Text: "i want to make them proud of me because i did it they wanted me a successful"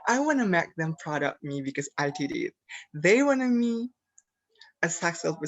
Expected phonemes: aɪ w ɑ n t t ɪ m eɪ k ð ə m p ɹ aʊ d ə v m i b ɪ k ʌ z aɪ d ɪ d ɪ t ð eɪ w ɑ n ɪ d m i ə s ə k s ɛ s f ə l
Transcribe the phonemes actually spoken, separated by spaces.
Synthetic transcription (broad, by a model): aɪ w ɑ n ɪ m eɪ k ð ə m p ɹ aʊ d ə p m i b ɪ k ʌ z aɪ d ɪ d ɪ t ð eɪ w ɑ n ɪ m i ə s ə k s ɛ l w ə